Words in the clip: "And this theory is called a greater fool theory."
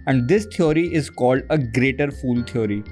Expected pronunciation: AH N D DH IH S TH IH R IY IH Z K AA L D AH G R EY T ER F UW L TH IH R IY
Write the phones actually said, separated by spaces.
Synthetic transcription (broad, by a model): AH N D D IH S T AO R IY IH Z K AA L D AH G R EY T ER F UW L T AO R IY